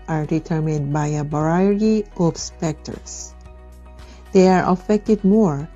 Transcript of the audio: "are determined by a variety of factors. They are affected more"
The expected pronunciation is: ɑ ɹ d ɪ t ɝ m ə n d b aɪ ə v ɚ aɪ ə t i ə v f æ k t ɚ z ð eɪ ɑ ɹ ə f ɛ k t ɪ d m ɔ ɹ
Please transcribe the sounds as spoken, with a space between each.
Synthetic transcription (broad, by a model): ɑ ɹ d ɪ t ɝ m ə n d b aɪ ə b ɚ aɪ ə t i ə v p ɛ k t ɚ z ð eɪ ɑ ɹ ə f ɛ k t ɪ d m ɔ ɹ